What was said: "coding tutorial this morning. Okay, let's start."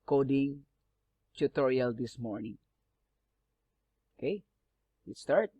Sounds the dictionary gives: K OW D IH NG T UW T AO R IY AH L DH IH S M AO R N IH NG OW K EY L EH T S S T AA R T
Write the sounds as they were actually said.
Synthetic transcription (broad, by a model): K OW D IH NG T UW T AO R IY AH L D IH S M AO R N IH NG OW K EY W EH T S S T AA R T